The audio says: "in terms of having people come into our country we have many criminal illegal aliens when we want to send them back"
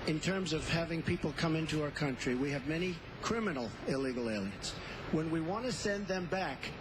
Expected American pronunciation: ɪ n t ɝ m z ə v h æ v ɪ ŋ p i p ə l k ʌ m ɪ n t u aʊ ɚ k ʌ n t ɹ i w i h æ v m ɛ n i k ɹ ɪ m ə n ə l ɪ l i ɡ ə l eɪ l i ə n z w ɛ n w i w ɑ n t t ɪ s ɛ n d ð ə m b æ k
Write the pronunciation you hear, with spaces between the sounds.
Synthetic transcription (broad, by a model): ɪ n t ɝ m z ə v h æ v ɪ ŋ p i p l k ʌ m ɪ n t u aʊ ɚ k ʌ n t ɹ i w i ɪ v m ɛ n i k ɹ ɪ m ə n l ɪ l i ɡ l eɪ l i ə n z w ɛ n w i w ɑ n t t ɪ s ɛ n ð ə m b æ k